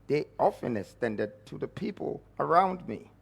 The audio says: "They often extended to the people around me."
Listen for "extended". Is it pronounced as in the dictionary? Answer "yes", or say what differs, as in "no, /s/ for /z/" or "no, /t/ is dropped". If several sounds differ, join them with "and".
no, /k/ is dropped